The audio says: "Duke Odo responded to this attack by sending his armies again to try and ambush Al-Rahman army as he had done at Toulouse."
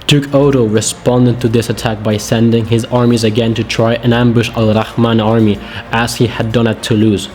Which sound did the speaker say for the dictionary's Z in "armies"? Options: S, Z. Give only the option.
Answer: Z